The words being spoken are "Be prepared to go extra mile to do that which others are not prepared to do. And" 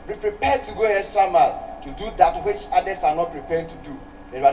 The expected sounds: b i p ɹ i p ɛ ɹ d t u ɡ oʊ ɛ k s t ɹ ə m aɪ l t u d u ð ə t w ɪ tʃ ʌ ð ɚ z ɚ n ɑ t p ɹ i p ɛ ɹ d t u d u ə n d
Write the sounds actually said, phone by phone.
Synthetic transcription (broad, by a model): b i p ɹ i p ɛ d t u ɡ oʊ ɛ s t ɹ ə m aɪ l t u d u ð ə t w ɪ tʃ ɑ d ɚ s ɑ n ɑ t p ɹ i p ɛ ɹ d t u d u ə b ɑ